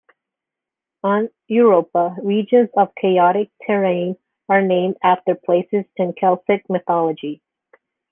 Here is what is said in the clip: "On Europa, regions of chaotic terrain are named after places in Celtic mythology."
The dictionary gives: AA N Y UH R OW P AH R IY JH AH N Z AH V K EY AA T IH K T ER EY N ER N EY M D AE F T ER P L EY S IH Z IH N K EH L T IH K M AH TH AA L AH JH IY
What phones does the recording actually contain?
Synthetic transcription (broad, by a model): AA N Y UH R OW P AH R IY JH AH N Z AH V K EY AA T IH K T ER EY N ER N EY M D AE F T ER P L EY S IH Z IH N K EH L S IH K M AH TH AA L AH JH IY